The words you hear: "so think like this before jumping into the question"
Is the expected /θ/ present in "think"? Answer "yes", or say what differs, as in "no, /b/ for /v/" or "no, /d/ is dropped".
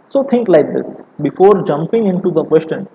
no, /t/ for /θ/